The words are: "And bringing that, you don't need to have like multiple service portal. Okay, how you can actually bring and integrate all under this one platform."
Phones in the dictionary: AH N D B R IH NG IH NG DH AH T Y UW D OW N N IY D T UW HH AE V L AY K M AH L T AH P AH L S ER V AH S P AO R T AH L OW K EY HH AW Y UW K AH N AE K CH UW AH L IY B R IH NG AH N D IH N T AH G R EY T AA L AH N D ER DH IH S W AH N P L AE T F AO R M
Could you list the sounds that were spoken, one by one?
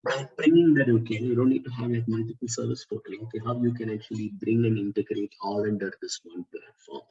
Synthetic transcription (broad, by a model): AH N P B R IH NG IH NG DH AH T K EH D OW N N IY D T UW HH AE V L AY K M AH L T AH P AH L S ER V AH S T AO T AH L OW K EY HH AW Y UW K AH N AE K CH UW AH L IY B R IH NG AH N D IH N T AH G R EY T AA L AH N D ER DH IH S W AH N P L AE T F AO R M